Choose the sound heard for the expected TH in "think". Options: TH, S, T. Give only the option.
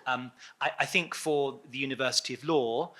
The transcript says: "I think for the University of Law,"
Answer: TH